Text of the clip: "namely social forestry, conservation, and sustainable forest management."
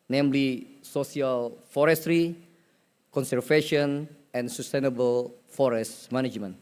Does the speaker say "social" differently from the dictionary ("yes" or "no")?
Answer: yes